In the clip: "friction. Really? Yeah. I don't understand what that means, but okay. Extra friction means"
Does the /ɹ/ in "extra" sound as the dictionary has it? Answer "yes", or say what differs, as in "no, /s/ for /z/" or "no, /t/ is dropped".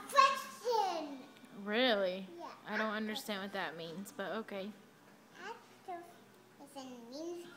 no, /ɹ/ is dropped